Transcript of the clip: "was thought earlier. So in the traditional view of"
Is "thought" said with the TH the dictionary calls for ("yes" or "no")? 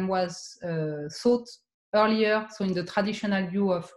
no